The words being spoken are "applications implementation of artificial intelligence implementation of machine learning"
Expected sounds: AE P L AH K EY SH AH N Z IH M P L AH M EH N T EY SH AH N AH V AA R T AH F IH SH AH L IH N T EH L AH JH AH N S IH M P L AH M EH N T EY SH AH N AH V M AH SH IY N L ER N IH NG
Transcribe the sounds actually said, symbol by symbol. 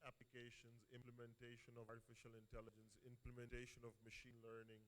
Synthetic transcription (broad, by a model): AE P L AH K EY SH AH N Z IH M P L AH M EH N T EY SH AH N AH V AA R T AH F IH SH AH L IH N T EH L AH JH AH N S IH M P L AH M EH N T EY SH AH N AH V M AH SH IY N L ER N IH NG